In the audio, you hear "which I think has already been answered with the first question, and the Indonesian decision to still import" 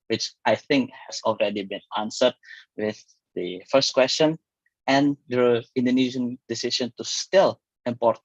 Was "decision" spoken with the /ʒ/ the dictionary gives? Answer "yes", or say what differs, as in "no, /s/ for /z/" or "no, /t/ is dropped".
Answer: no, /ʃ/ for /ʒ/